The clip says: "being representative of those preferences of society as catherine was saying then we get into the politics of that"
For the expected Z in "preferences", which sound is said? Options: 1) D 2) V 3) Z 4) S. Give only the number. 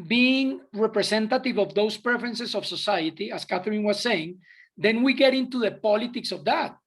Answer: 4